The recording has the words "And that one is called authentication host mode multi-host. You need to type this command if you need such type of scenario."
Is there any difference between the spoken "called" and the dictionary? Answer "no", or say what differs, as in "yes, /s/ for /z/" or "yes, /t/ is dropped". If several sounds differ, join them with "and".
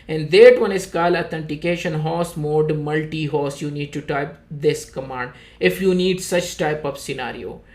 yes, /d/ is dropped